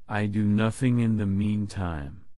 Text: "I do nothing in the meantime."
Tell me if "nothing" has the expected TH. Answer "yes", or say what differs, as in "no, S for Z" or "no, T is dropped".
yes